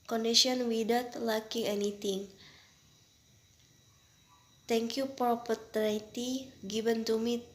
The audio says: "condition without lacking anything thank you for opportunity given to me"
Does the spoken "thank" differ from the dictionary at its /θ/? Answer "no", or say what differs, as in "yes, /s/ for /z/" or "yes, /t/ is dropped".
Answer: yes, /t/ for /θ/